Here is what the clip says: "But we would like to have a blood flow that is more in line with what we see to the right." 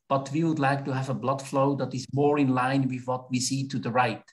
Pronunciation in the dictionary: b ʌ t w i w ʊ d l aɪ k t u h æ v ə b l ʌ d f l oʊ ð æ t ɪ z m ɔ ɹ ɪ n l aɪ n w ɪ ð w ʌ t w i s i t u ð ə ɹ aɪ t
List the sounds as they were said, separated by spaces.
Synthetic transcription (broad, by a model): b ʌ t w i w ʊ d l aɪ k t u h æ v ə b l ʌ d f l oʊ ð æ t ɪ z m ɔ ɹ ɪ n l aɪ n w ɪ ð w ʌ t w i s i t u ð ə ɹ aɪ t